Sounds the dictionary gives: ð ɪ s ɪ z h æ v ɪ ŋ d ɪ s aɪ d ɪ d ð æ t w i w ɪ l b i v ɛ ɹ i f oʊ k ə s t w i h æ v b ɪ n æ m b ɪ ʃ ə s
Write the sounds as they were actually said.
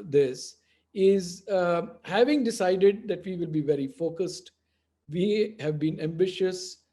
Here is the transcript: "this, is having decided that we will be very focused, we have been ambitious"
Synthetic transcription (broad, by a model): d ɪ s ɪ z h æ v ɪ ŋ d ɪ s aɪ d ɪ d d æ t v i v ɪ l b i v ɛ ɹ i f oʊ k ə s t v i h æ v b ɪ n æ m b ɪ ʃ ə s